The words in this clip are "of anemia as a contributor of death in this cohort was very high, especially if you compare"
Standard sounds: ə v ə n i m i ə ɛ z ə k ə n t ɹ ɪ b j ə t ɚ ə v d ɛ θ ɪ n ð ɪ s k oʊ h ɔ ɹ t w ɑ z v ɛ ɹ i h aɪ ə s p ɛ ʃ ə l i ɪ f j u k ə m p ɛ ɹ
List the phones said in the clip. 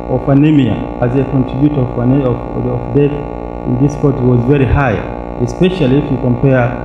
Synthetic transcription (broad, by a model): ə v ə n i m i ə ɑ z ə k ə n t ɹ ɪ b j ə t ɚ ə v d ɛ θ ɪ n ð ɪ s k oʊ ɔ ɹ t w ɑ z v ɛ ɹ i h aɪ ə s p ɛ ʃ ə l i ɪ f j u k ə m p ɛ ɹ